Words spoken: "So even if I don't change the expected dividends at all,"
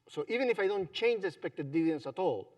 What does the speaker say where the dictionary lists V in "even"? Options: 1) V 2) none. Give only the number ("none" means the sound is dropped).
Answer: 1